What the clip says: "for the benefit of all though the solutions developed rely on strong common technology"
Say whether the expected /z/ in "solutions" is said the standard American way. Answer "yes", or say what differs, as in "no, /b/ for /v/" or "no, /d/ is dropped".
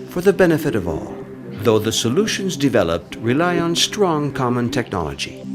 yes